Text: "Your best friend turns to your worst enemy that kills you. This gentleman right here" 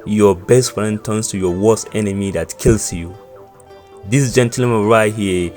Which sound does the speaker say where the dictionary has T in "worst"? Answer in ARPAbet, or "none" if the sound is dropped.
none